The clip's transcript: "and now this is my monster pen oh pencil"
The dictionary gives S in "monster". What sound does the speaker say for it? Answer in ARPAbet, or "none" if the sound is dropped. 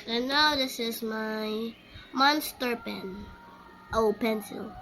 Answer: S